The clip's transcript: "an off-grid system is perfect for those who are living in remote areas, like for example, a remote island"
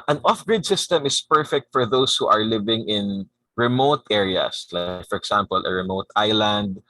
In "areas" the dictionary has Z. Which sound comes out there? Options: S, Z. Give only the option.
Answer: S